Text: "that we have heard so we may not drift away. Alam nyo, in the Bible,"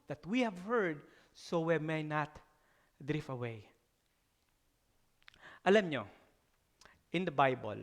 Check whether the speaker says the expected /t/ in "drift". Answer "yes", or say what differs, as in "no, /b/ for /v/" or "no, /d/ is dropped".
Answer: no, /t/ is dropped